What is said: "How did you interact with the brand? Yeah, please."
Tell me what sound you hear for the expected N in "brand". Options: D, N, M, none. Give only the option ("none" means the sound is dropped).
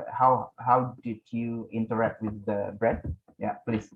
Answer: none